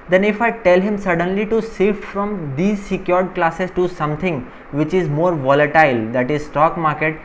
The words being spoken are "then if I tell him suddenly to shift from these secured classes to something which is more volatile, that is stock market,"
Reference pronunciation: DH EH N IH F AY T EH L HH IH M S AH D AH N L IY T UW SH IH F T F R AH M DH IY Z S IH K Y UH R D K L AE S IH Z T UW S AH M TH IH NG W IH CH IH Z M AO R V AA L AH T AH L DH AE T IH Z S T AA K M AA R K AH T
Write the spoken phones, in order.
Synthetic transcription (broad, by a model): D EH N IH F AY T EH L HH IH M S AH D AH N L IY T UW S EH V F R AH M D IY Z S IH K Y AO R D K L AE S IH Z T UW S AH M T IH NG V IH CH IH Z M AO R V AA L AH T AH L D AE T IH Z S T AA K M AA R K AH T